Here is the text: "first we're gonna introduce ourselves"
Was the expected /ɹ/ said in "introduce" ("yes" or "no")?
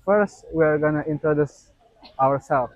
yes